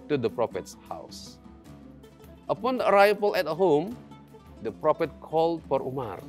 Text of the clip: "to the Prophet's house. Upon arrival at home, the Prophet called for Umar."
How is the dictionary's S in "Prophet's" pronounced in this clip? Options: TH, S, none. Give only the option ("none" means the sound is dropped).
S